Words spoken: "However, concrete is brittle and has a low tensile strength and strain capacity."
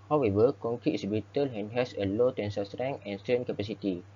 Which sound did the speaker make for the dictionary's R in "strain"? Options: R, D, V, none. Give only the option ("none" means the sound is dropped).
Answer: none